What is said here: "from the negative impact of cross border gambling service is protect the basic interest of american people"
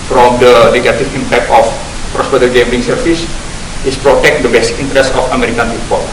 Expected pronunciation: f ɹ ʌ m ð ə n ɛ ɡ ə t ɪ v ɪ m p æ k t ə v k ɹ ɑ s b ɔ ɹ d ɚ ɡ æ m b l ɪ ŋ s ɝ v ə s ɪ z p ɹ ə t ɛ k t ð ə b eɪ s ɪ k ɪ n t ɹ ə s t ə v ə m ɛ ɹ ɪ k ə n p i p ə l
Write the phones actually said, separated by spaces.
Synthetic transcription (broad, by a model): f ɹ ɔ m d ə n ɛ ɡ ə t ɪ f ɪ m p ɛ k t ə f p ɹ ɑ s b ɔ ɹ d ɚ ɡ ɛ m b ɪ ŋ s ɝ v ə s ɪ s p ɹ ə t ɛ k t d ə b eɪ s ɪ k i n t ɹ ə s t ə f ə m ɛ ɹ ɪ k ə n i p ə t